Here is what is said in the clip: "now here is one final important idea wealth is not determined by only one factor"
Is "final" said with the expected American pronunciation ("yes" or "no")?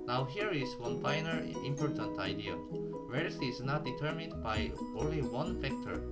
no